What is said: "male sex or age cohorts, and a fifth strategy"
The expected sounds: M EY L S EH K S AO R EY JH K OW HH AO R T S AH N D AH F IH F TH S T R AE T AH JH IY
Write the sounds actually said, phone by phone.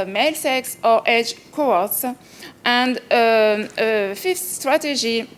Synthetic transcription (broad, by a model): M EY L S EH K S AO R EY JH K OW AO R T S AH N D AH F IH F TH S T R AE T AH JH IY